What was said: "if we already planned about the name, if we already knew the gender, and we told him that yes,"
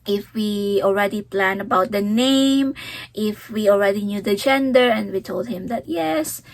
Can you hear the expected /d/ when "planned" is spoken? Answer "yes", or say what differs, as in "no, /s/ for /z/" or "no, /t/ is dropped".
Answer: no, /d/ is dropped